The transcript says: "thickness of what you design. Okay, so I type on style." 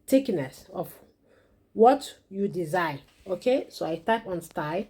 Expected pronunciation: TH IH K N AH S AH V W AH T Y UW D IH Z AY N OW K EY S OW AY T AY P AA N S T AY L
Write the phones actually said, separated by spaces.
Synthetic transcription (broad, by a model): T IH K N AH S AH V W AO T Y UW D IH Z AY OW K EY S OW AY T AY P AA N S T AY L